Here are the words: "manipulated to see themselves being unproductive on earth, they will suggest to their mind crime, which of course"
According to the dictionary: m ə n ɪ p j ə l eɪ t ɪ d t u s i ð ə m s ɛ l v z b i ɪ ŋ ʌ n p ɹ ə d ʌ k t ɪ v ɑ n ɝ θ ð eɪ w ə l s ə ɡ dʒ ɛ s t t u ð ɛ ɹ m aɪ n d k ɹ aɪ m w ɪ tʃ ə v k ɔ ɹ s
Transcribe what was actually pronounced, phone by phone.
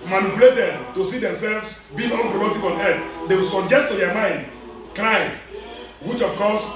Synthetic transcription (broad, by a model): m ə n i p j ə l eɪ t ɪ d t u s i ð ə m s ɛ l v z b i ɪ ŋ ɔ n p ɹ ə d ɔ t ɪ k ɑ n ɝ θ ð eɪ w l s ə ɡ dʒ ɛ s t t u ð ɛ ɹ m aɪ n d k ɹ aɪ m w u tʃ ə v k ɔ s